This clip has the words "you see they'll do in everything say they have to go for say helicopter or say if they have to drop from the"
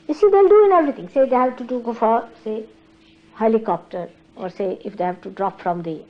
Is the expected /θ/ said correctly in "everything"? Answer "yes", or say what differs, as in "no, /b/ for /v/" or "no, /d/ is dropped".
no, /t/ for /θ/